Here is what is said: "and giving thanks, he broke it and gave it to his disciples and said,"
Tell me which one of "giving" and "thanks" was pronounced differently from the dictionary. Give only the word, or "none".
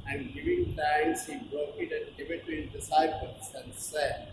thanks